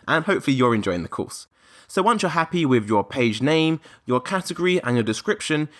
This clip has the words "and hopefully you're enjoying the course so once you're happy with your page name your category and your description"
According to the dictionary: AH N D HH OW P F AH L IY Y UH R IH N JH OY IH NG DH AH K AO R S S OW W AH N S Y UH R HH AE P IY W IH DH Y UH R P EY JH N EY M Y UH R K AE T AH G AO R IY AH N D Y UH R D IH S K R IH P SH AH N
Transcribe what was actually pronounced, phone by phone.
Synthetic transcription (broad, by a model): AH N HH OW P F AH L IY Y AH R IH N JH OY IH NG DH AH K AO S S OW W AH N S Y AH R HH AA P IY W IH DH Y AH P EY JH N EY M Y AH K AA T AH G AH R IY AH N Y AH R D IH S K R IH P SH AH N